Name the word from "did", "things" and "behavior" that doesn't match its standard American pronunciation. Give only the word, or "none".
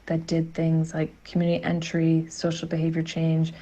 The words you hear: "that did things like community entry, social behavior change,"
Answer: none